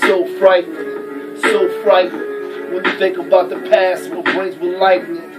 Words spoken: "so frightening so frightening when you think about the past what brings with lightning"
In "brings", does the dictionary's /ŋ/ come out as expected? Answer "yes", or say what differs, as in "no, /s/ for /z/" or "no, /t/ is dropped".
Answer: no, /ŋ/ is dropped